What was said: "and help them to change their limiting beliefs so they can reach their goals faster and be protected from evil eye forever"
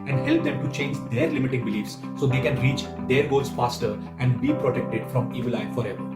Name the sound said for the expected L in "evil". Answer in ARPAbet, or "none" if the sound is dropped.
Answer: L